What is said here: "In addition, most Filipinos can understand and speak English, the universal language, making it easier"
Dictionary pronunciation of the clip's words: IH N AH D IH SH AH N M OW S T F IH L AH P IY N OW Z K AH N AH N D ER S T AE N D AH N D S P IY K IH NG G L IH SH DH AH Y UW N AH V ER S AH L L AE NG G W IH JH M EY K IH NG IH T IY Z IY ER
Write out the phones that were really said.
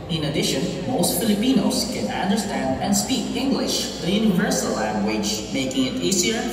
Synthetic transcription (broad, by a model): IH N AH D IH SH AH N M OW S T F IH L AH P IY N OW S K AH N AH N D ER S T AE N D AH N D S P IY K IH NG G L IH SH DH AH Y UW N AH V ER S AH L L AE NG G W IH JH M EY K IH NG IH T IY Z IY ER